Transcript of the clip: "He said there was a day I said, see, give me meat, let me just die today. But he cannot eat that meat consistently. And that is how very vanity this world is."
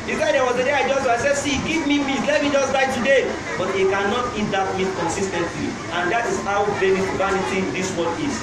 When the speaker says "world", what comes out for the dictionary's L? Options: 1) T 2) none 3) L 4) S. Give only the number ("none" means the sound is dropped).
2